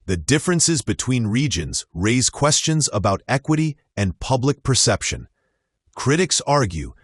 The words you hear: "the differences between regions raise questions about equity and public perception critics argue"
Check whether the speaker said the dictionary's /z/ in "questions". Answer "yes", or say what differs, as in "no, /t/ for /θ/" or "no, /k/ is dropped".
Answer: yes